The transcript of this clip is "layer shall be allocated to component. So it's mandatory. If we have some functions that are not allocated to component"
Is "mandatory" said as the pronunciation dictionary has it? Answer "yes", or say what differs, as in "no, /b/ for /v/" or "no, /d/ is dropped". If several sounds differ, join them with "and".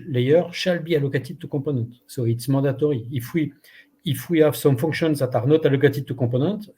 no, /n/ is dropped